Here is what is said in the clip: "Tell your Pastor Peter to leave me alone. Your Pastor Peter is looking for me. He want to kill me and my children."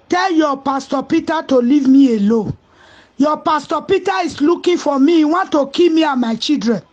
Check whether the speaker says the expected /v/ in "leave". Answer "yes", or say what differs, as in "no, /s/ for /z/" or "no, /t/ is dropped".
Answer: yes